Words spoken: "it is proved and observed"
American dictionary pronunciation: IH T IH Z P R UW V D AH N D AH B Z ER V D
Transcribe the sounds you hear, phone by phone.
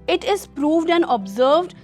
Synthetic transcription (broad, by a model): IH T IH Z P R UW V D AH N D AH B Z ER V D